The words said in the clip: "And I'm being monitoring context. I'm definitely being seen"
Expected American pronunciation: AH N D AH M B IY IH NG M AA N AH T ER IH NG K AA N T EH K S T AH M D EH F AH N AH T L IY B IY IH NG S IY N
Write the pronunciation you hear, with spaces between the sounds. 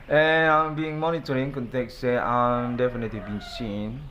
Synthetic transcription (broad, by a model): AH N AH M B IY IH NG M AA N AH T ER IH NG K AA N T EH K S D AH M D EH F AH N AH T L IY B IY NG S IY N